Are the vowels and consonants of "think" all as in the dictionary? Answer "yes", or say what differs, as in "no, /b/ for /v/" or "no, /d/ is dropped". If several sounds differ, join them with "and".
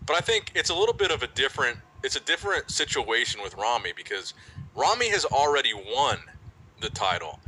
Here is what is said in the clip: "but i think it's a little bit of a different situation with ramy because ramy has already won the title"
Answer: yes